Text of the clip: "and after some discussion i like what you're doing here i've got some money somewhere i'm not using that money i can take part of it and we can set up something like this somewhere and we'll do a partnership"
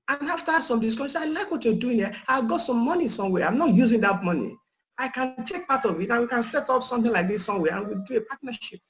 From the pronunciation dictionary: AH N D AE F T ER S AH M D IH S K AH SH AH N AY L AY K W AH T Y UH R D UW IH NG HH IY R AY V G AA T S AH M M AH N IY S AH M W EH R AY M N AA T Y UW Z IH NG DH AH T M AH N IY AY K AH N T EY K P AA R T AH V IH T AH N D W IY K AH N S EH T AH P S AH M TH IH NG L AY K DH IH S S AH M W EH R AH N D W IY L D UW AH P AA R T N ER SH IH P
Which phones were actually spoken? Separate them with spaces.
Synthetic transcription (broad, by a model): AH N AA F T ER S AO M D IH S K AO S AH AY L AY K W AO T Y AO D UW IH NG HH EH AY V G AA T S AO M M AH N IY S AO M W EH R AY M N AA T Y UW Z IH NG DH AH T M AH N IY AY K AH N T EY K P AA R T AH V IH T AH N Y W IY K AH N S EH T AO P S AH M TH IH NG L AY K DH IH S S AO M W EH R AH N W IY L D UW AH P AA T N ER SH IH P